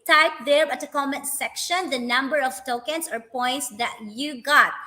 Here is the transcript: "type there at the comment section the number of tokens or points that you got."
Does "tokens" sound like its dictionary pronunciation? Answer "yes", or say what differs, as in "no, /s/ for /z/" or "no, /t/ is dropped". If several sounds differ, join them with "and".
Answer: no, /s/ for /z/